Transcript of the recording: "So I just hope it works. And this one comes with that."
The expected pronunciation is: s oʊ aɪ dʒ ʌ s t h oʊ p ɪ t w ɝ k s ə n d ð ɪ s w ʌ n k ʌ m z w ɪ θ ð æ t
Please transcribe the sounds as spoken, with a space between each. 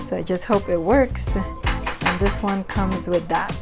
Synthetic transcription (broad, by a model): s oʊ aɪ dʒ ʌ s t h oʊ p ɪ t w ɝ k s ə n ð ɪ s w ʌ n k ʌ m z w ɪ ð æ t